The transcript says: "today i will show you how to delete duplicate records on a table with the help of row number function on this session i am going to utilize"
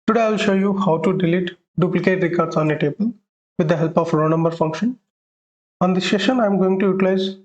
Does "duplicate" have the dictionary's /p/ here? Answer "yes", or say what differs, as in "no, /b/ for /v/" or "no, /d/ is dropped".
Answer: yes